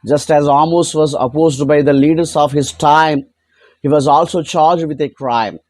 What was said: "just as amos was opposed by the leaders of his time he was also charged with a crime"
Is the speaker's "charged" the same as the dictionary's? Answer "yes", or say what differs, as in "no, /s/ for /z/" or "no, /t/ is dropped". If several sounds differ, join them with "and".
yes